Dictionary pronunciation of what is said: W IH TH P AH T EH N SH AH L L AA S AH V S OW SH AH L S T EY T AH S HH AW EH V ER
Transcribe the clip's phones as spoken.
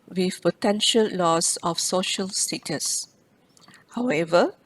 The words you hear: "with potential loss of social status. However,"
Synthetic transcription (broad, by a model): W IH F P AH T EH N SH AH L L AA S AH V S OW SH AH L S T EY T AH S HH AW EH V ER